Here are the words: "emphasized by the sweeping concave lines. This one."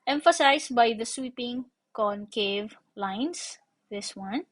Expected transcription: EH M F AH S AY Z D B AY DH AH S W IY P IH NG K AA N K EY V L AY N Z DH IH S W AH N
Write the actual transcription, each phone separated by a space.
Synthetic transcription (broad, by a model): EH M F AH S AY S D B AY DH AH S W IY P IH NG K AA N K EY V L AY N S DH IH S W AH N